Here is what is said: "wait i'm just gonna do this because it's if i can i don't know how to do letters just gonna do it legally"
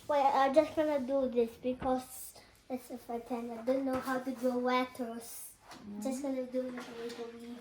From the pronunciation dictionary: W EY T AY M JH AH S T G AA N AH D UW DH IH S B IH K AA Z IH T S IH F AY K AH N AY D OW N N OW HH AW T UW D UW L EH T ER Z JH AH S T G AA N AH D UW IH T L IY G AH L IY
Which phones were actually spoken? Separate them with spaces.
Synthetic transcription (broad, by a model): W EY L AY JH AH S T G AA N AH D UW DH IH S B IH K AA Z IH T S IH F AY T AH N AY D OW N N OW HH AW T UW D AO W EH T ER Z JH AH S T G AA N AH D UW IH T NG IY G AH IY